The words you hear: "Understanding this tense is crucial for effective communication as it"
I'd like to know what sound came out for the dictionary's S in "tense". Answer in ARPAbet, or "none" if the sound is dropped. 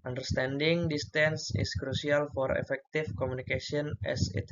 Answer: S